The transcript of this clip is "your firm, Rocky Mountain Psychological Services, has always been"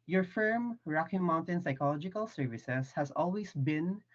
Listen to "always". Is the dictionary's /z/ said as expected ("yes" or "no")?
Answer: no